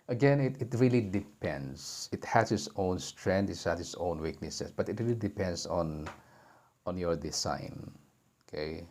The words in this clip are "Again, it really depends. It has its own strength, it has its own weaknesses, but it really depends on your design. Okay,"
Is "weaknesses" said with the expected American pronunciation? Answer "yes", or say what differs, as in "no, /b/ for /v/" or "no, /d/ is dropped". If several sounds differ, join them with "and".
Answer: no, /s/ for /z/